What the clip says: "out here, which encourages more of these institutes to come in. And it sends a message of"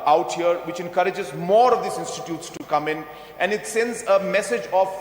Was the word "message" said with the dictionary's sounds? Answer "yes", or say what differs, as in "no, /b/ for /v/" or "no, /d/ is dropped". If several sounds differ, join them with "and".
yes